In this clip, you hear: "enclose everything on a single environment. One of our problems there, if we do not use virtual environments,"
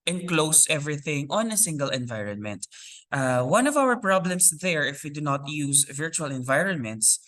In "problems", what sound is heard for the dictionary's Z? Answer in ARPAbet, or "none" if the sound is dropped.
S